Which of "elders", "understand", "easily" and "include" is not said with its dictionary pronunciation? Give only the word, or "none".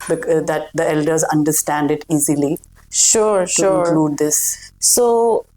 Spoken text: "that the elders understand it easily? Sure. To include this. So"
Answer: include